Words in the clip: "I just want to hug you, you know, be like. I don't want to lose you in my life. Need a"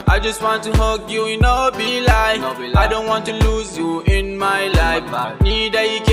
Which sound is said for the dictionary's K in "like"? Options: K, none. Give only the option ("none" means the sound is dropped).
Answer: none